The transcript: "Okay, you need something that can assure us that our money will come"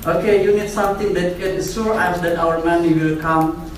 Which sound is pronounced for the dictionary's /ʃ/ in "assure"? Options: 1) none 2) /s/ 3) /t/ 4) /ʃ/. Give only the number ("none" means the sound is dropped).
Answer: 2